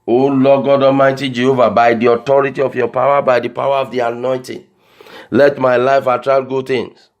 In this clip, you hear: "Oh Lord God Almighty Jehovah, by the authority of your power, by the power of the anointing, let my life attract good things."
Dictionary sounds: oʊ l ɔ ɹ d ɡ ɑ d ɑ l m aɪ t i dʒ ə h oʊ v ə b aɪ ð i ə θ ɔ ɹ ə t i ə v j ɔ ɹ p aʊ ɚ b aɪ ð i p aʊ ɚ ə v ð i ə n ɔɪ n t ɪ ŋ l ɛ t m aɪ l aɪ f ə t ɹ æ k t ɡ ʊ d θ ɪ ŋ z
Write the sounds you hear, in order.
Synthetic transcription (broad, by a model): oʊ l ɔ ɡ ɑ d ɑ m aɪ t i dʒ ə h oʊ v ə b aɪ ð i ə t ɔ ɹ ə t i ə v j ɔ p aʊ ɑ b aɪ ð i p aʊ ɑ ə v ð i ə n ɔɪ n t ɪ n l ɛ t m aɪ l aɪ f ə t ɹ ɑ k ɡ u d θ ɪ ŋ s